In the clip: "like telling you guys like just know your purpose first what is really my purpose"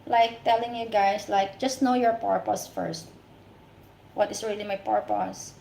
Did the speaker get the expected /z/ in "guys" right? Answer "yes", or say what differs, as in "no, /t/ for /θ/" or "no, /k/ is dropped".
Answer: no, /s/ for /z/